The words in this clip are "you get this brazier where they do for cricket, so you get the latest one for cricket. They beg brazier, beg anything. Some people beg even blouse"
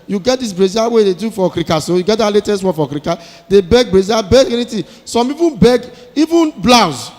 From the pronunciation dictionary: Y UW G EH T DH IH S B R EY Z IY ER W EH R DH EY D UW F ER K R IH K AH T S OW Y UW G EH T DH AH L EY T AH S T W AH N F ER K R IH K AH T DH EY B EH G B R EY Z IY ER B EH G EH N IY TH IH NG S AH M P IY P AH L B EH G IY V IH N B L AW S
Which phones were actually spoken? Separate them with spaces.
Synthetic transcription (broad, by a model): Y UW G EH T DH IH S B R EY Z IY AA W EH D EY D UW F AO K R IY K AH S OW Y UW G EH T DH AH L EY T AH S T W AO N F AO K R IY K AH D EY B EH G B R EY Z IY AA B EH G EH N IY T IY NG S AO M IY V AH N B EH G IY V IH N B L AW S